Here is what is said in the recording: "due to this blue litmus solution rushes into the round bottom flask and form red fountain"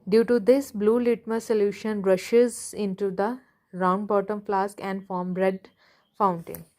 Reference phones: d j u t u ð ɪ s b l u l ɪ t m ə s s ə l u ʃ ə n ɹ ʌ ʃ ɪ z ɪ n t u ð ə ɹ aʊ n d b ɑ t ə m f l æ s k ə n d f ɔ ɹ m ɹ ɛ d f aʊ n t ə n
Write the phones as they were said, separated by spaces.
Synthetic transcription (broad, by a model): d j u t u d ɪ s b l u l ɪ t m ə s s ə l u ʃ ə n ɹ ʌ ʃ ɪ z ɪ n t u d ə ɹ aʊ n d b ɑ t ə m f l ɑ s k ə n d f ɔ ɹ m ɹ ɛ d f aʊ n t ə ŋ